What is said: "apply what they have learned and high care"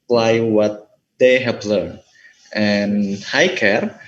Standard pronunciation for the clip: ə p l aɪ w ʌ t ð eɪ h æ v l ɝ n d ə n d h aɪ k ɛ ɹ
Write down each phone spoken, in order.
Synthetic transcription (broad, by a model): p l aɪ w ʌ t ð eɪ h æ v l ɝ n ə n h aɪ k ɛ ɹ